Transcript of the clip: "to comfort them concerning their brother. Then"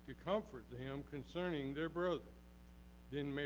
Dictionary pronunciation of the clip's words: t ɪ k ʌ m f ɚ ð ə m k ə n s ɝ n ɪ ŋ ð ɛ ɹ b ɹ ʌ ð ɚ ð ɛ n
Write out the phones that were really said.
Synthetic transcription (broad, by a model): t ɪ k ʌ m f ɚ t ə m k ə n s ɝ n ɪ ŋ ð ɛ ɹ b ɹ ʌ ð ɚ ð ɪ n